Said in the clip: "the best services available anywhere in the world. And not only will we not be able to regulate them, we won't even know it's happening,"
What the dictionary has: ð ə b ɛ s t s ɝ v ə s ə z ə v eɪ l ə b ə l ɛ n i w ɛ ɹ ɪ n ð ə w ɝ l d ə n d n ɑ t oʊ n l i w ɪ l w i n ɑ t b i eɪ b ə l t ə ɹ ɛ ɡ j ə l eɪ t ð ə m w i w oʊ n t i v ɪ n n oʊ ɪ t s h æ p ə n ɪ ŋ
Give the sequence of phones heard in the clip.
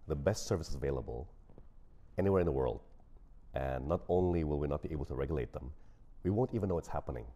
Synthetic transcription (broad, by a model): ð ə b ɛ s t s ɝ v ə s ə z ə v eɪ l ə b ə l ɛ n i w ɛ ɹ ɪ n ð ə w ɝ l d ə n n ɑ t oʊ n l i w ɪ l w i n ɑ t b i eɪ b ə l t ə ɹ ɛ ɡ j l eɪ t ð ə m w i w oʊ n t i v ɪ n n oʊ ɪ t s h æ p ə n ɪ ŋ